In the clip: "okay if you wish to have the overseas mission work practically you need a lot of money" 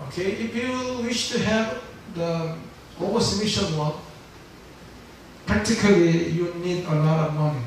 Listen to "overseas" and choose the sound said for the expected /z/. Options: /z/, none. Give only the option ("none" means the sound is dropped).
none